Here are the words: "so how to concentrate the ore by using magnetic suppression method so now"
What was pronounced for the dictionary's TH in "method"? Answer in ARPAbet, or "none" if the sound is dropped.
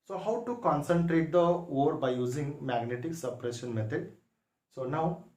T